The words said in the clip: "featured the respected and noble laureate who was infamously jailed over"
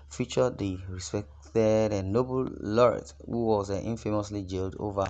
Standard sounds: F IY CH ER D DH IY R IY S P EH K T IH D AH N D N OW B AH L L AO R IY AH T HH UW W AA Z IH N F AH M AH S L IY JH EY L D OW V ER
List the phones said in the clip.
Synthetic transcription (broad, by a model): F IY CH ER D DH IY R IY S P EH K T IH D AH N N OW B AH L L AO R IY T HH UW W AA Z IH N F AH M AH S L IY JH EY L D OW V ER